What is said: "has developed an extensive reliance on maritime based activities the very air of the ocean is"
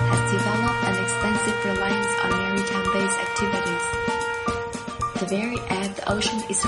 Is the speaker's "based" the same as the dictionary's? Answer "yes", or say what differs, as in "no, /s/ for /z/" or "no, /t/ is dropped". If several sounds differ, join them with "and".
no, /t/ is dropped